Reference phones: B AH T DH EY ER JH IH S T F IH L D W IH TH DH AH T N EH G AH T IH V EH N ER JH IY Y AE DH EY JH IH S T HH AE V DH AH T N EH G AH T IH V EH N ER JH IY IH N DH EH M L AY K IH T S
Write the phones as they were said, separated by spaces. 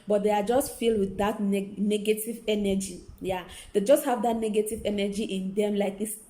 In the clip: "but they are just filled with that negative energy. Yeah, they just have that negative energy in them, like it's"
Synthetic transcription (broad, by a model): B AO T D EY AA JH IH S T F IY L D W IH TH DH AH T N EH G AH T IH V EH N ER JH IY Y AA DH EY JH IH S T HH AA V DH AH T N EH G AH T IH V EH N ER JH IY IH N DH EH M L AY K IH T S